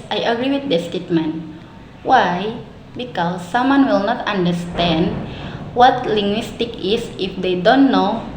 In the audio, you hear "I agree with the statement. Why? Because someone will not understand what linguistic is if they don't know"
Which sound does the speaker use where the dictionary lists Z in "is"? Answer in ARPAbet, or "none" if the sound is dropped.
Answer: S